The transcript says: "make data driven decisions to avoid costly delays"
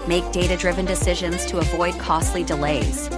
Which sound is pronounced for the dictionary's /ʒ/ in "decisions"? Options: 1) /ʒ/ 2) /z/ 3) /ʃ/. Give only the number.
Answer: 1